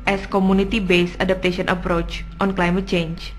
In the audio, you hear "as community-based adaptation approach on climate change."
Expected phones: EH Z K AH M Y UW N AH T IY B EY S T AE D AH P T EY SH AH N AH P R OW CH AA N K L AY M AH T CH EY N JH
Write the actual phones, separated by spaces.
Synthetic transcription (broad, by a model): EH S K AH M UW N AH T IY B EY S AA D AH P T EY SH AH N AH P R OW CH AA N K L AY M AH T CH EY N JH